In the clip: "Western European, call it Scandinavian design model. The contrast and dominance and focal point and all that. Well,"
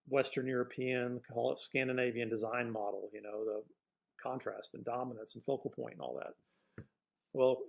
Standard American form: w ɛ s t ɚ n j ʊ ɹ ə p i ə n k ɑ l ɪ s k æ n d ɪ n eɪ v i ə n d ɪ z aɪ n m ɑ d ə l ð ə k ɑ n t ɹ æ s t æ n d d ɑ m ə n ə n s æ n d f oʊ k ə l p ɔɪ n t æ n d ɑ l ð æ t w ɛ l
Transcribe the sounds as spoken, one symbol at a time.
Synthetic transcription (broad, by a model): w ɛ s t ɚ n j ʊ ɹ ə p i ə n k ɑ l s k æ n d ɪ n eɪ v i ə n d ɪ z aɪ n m ɑ d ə n ð ə k ɑ n t ɹ æ s t n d d ɑ m ə n ə n s n f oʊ k l p ɔɪ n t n ɑ l ð æ t w ɛ l